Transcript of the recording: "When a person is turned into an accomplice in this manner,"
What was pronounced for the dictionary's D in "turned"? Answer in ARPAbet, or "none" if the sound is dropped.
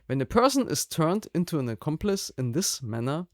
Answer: D